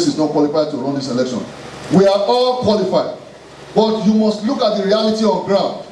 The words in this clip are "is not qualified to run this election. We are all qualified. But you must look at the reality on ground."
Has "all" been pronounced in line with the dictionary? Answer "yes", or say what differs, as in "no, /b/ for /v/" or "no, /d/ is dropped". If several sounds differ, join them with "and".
yes